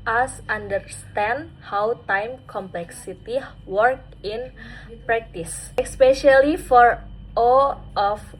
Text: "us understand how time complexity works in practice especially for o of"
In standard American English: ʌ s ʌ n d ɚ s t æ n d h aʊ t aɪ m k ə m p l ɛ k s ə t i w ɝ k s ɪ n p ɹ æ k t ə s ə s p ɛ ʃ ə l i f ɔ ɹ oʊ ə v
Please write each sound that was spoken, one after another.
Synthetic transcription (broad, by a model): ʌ s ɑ n d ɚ s t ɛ n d h aʊ t aɪ m k ə m p l ɛ k s ə t i w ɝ k ɪ n p ɹ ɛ k t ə s ə s p ɛ ʃ ə l i f ɔ ɹ oʊ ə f